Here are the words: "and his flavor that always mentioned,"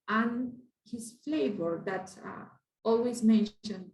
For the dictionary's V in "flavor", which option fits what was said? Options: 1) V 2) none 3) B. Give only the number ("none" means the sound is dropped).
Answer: 1